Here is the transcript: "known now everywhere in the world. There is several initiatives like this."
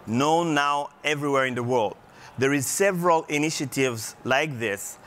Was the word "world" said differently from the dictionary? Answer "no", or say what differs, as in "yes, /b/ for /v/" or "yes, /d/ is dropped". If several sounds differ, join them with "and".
no